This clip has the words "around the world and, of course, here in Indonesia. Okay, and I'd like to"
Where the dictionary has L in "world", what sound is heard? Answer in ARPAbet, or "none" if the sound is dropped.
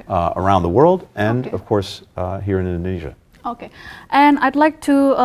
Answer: L